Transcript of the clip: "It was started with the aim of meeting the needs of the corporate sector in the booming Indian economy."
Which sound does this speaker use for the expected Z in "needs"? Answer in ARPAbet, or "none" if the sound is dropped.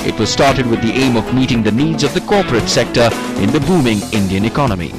Z